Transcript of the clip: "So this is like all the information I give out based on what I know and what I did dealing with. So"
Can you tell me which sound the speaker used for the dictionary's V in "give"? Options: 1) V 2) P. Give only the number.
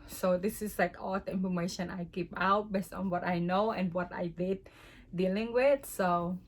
2